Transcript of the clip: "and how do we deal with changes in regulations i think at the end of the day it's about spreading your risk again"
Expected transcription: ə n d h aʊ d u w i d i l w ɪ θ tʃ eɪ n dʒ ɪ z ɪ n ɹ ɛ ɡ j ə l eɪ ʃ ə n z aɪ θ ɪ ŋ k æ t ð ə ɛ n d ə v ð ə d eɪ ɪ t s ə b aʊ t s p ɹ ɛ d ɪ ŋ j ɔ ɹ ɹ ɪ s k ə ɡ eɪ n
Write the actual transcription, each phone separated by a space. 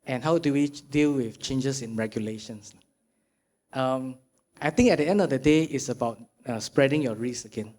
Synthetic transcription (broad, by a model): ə n h aʊ d u w i d i l w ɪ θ tʃ eɪ n dʒ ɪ s ɪ n ɹ ɛ ɡ j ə l eɪ ʃ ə n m aɪ t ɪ ŋ k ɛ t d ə ɛ n d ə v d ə d eɪ ɪ t s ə b aʊ t s p ɹ ɛ d ɪ ŋ j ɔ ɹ ɹ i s ə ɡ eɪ n